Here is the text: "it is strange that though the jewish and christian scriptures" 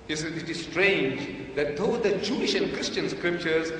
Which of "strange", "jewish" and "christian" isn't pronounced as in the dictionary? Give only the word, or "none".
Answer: none